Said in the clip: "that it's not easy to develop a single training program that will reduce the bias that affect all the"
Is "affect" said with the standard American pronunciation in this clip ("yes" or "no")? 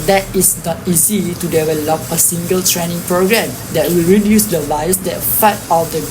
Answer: no